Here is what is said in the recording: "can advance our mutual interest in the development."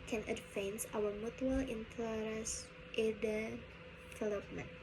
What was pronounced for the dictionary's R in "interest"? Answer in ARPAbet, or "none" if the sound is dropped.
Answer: L